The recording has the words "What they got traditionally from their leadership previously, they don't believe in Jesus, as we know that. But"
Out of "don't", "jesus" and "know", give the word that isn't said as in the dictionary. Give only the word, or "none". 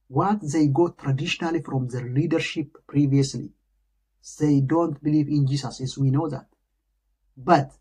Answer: jesus